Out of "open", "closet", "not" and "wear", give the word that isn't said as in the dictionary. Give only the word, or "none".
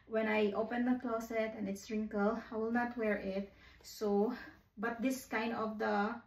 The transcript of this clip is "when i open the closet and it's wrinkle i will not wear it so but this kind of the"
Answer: closet